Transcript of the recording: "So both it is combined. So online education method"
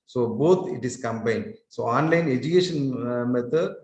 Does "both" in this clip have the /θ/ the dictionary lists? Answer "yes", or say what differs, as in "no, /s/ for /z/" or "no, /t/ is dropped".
no, /t/ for /θ/